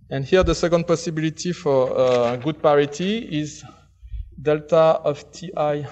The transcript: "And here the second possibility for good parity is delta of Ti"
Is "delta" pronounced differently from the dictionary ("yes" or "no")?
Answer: no